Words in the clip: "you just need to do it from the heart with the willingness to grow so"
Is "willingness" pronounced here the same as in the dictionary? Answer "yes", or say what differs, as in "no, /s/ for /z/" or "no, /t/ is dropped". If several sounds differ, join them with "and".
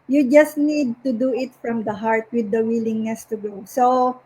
yes